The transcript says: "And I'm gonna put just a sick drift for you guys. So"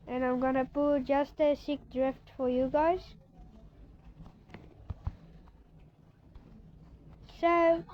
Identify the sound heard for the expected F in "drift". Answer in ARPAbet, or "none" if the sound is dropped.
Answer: F